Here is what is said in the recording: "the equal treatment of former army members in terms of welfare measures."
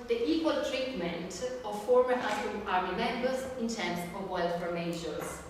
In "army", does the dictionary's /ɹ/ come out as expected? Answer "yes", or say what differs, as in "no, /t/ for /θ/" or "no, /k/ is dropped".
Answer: no, /l/ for /ɹ/